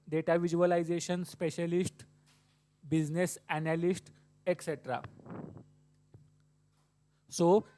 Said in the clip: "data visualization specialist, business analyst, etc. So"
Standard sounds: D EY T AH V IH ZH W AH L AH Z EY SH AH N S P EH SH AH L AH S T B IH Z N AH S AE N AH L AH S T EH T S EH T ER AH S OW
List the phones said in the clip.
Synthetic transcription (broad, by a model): D EY T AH V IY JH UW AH L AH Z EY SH AH N S P EH SH AH L AH S T B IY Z N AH S AE N AH L AH S T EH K S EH T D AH S OW